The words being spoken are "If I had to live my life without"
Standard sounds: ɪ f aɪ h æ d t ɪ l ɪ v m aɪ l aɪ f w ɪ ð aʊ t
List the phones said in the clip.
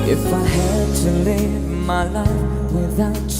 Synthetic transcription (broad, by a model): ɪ f aɪ h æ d t ɪ l ɪ v m aɪ l aɪ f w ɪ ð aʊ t